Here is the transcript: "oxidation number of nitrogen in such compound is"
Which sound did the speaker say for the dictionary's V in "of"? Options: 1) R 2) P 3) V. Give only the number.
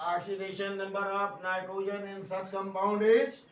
2